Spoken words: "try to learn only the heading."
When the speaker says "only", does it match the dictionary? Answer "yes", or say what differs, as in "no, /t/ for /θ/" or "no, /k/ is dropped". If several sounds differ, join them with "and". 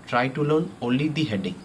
no, /n/ is dropped